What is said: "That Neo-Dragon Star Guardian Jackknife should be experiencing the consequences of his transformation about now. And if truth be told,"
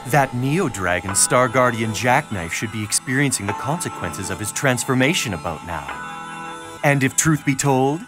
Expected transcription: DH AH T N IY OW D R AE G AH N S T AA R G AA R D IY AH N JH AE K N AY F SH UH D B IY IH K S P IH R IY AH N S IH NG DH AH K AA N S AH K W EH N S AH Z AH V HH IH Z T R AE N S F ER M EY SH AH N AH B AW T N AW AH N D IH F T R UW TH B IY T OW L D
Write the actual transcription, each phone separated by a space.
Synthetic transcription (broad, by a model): DH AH T N IY OW D R AE G AH N S T AA R G AA R D IY AH N JH AE K N AY F SH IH D B IY IH K S P IH R IY AH N S IH NG DH AH K AA N S AH K W EH N S AH Z AH V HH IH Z T R AE N S F ER M EY SH AH N AH B AW T N AW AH N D IH F T R UW TH B IY T OW L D